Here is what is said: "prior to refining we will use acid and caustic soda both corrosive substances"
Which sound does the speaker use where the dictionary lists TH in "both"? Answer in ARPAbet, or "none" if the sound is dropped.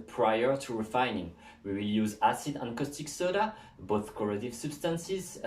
TH